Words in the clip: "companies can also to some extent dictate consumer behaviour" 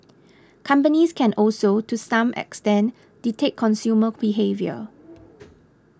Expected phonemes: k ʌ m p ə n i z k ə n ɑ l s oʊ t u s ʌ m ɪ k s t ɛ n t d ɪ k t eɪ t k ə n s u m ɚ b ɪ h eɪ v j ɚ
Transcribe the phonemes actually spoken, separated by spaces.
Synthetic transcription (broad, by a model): k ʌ m p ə n i s k ə n ɑ l s oʊ t u s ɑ m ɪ k s t ɛ n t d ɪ t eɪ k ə n s u m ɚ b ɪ h eɪ v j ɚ